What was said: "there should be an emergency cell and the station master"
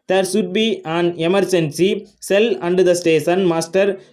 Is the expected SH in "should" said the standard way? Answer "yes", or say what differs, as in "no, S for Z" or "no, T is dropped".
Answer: no, S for SH